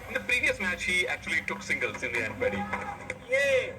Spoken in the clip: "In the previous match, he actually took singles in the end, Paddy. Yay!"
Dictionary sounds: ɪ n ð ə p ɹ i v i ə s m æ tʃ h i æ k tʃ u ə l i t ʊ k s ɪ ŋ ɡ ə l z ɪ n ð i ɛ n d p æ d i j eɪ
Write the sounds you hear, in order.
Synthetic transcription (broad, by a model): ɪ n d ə p ɹ i v i ə s m æ tʃ h i æ k tʃ u ə l i t ʊ k s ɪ ŋ ɡ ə l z ɪ n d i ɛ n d b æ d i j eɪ